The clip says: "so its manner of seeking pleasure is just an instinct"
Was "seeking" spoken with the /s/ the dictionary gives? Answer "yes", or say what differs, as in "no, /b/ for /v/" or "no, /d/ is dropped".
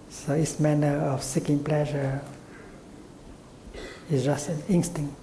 yes